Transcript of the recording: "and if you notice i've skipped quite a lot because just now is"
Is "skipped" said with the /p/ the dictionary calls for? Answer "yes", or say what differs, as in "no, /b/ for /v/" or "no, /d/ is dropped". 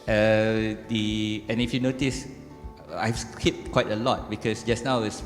no, /p/ is dropped